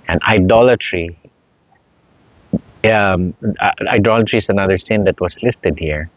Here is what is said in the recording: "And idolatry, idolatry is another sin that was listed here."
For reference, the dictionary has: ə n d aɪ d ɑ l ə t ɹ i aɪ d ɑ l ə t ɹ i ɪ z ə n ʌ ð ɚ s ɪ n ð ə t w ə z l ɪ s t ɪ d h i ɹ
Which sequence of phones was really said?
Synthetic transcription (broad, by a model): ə n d aɪ d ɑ l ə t ɹ i aɪ d ɑ l ə t ɹ i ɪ s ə n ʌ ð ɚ s ɪ n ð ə t w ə s l ɪ s t ɪ d h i ɹ